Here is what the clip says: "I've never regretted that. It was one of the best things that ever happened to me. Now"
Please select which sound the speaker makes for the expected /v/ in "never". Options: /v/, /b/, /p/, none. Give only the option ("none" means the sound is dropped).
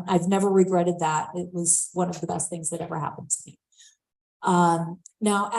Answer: /v/